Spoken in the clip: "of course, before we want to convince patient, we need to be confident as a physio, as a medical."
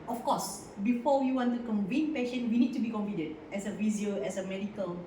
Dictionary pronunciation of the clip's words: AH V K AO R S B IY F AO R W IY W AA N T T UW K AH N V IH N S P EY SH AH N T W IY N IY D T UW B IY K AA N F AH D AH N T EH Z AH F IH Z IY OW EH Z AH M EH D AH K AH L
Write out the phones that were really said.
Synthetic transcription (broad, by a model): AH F K AO S B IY F AO W IY W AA N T T UW K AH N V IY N P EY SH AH N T W IY N IY D T UW B IY K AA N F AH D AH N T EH S AH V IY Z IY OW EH S AH M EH D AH K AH L